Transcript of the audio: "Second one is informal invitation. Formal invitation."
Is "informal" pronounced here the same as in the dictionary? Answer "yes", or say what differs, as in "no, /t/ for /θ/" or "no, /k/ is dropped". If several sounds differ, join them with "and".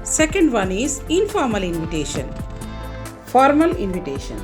yes